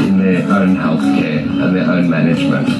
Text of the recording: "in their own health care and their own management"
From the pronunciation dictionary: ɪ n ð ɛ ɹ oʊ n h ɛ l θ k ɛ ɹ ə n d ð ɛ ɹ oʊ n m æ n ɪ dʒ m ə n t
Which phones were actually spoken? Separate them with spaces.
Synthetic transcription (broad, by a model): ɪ n ð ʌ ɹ oʊ n h ɛ l θ k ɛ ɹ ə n ð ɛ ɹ oʊ n m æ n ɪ dʒ m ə n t